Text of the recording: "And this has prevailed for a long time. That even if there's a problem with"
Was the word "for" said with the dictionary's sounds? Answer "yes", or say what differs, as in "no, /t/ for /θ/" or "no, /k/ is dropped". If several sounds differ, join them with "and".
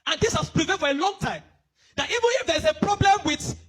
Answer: yes